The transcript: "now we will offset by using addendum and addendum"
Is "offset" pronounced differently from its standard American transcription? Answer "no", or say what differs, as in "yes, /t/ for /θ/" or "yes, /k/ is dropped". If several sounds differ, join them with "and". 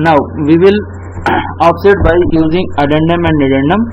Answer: yes, /p/ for /f/